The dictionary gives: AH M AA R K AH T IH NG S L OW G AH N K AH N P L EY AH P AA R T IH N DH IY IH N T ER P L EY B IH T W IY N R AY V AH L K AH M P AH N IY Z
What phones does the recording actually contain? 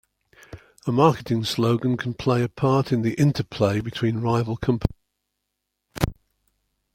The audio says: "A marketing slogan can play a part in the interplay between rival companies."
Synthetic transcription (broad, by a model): AH M AA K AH T IH NG S L OW G AH N K AH N P L EY AH P AA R T IH N DH IY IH N T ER P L EY B IH T W IY N R AY V AH L K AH M P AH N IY